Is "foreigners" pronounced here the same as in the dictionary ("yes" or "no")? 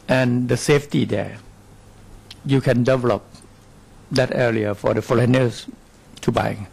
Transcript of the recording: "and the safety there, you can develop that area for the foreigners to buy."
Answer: no